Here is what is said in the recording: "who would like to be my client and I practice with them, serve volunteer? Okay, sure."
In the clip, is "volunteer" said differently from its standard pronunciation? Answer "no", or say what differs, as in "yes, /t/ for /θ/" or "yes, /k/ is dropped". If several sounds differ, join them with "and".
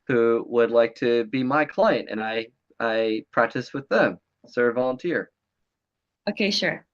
no